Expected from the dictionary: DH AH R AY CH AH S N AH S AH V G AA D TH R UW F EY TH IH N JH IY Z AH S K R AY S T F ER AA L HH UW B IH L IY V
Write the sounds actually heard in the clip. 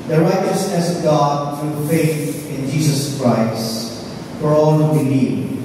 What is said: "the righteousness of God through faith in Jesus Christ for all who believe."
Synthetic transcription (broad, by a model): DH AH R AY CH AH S AH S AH G AA D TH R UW F EY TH IH N JH IY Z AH S K R AY S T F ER AA L HH UW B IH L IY